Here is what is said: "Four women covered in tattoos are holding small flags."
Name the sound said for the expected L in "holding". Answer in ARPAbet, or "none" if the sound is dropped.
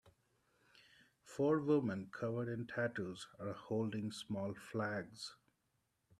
L